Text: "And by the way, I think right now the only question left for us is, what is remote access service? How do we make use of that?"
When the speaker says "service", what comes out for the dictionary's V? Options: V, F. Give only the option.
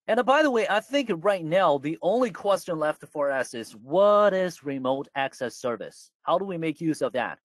V